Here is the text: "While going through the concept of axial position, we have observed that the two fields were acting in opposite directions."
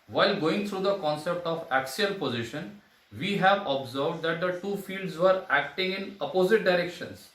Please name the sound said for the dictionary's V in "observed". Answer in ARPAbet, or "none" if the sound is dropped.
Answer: V